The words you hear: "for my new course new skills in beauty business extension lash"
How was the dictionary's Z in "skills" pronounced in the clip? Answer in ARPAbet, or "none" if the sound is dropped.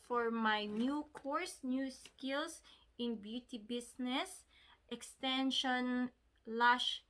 S